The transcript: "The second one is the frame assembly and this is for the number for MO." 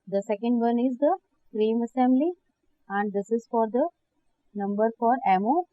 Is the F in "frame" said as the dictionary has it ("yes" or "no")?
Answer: no